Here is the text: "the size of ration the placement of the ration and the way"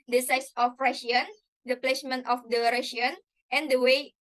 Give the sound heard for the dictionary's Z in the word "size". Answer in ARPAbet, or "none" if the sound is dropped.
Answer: S